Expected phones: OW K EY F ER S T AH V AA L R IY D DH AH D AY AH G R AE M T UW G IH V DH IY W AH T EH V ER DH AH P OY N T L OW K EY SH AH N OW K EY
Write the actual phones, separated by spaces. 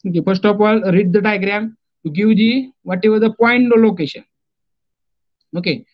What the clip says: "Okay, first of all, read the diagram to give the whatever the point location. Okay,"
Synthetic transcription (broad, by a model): OW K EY F ER S T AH P AA L R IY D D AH D AY AH G R AE M T UW G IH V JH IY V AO T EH V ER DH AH P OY N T L OW K EY SH AH N OW K EY